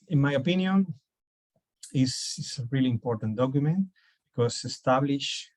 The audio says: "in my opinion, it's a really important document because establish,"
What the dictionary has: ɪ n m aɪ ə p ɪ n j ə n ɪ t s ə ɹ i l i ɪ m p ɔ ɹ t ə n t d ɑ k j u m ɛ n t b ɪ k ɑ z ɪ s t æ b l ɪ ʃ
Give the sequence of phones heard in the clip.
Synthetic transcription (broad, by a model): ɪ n m aɪ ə p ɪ n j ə n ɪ s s ə ɹ i l i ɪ m p ɔ ɹ t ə n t d ɑ k j u m ɛ n t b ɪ k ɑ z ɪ s t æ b l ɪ ʃ